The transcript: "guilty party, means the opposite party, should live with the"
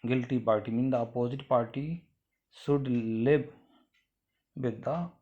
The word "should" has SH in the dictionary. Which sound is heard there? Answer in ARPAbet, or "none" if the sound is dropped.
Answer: S